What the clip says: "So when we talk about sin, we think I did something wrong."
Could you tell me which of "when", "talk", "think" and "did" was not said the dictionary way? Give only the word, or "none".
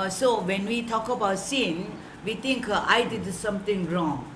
think